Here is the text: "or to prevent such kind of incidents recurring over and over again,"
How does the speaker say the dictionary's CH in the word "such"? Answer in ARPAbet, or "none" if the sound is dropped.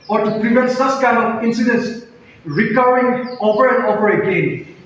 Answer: S